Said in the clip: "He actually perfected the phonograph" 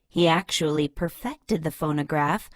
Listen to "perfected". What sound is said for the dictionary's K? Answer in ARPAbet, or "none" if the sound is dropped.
K